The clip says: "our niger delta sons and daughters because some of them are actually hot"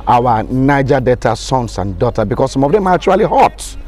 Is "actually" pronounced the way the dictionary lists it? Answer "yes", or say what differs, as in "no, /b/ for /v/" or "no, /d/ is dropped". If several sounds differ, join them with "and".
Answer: no, /k/ is dropped